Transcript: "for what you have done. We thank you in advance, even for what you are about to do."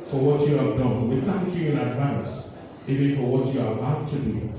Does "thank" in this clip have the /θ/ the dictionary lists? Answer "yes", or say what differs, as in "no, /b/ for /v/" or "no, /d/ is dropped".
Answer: yes